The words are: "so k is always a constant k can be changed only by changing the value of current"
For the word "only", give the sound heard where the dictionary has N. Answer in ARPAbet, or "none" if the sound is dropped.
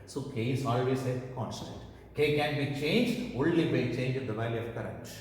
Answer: L